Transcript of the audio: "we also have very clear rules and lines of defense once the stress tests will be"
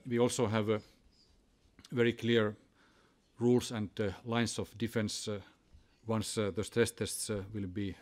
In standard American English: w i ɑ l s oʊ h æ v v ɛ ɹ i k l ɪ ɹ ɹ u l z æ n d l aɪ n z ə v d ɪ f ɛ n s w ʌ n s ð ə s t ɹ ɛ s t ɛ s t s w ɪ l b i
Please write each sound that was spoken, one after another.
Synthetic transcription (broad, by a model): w i ɑ l s oʊ h æ v v ɛ ɹ i k l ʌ ɹ ɹ u l s æ n d l aɪ n s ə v d ɪ f ɛ n s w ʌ n s ð ə s t ɹ ɛ s t ɛ s t s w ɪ l b i